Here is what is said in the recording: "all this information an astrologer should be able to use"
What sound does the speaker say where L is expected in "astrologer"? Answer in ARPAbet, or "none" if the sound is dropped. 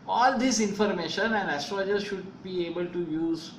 none